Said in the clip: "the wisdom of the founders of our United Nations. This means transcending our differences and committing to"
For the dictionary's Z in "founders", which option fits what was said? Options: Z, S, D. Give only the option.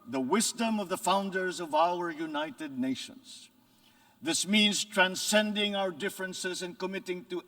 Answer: Z